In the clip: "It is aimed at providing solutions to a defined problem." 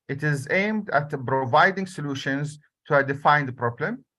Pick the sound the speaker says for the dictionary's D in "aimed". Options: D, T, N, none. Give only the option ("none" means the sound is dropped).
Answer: D